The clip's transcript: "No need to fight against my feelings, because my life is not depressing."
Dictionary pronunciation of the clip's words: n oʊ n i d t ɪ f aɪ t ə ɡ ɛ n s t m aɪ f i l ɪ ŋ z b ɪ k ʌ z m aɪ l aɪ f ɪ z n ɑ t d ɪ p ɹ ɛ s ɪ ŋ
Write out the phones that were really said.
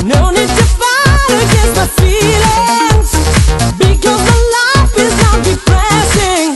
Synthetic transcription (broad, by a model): n oʊ n i d t ɪ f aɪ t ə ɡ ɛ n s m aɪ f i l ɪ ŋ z b ɪ k ʌ z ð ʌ l aɪ f ɪ z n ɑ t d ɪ p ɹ ɛ s ɪ ŋ